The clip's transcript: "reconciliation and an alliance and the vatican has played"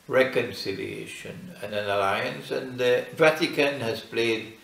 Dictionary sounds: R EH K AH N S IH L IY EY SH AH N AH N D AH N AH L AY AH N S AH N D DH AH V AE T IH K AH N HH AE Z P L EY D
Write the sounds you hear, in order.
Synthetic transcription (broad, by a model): R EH K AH N S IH L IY EY SH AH N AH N AH N AH L AY AH N S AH N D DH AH V AE T IH K AH N HH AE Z P L EY D